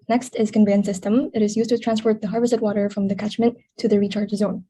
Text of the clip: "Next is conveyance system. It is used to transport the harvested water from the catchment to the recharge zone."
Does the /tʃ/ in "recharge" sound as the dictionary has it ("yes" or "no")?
yes